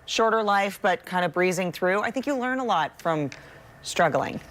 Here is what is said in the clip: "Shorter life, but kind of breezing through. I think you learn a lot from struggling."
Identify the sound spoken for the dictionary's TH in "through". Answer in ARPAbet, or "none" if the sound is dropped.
TH